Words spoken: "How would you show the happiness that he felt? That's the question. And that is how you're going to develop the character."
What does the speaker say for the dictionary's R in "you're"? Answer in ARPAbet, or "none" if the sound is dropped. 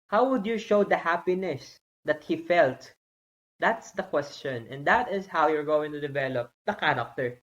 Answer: R